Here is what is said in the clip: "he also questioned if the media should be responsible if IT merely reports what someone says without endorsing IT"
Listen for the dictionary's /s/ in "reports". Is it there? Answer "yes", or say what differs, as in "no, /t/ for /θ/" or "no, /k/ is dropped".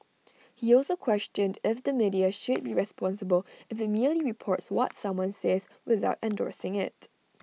yes